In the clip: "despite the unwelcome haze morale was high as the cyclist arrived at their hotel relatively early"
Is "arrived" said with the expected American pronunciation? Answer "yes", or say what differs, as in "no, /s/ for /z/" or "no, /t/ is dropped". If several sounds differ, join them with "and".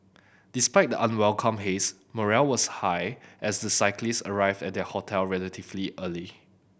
yes